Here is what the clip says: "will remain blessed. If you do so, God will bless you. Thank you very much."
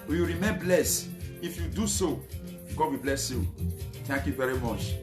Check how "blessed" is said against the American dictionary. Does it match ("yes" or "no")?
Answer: no